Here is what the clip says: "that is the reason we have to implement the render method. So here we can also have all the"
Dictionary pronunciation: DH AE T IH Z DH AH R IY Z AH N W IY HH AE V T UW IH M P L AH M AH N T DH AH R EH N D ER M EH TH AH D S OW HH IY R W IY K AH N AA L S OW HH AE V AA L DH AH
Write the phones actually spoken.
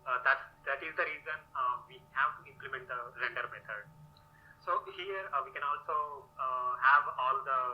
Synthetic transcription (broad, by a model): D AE T IH Z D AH R IY Z AH N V IY HH AE V T UW IH M P L AH M AH N T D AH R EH N D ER M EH T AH D S OW HH IY R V IY K AH N AA L S OW HH AE V AA L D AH